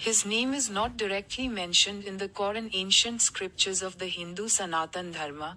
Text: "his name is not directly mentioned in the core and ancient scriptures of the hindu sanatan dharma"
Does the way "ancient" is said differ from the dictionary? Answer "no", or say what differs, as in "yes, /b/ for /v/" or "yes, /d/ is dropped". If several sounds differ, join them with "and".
no